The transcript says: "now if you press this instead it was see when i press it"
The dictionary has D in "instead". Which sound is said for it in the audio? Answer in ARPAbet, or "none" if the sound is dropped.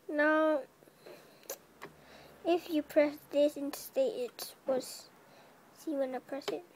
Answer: none